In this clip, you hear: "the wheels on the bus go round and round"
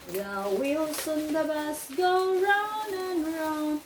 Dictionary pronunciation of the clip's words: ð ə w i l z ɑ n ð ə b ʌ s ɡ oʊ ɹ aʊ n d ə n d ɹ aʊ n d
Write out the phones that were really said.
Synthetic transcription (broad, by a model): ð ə w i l s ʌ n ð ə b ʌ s ɡ oʊ ɹ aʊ n ə n ɹ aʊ n